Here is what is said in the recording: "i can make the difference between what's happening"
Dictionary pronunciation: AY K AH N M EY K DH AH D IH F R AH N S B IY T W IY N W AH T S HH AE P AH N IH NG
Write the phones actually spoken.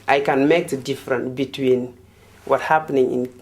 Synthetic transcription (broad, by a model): AY K AH N M EY K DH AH D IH F R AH N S B IY T W IY N W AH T HH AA P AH N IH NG